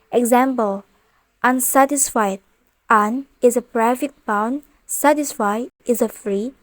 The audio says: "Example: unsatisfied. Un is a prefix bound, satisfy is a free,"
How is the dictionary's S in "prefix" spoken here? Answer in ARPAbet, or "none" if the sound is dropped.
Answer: none